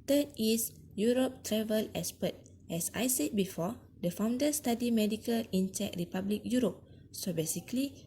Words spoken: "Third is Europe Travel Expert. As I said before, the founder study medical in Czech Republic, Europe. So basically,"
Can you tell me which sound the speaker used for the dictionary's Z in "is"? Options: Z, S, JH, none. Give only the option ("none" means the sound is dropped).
S